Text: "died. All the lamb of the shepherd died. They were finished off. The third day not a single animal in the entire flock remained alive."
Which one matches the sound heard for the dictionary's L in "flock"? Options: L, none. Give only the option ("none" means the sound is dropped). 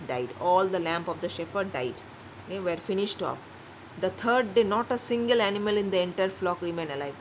L